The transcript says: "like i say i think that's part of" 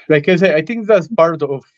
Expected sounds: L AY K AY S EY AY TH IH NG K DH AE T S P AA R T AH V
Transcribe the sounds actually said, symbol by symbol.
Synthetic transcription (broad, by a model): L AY K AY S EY AY T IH NG K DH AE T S P AA R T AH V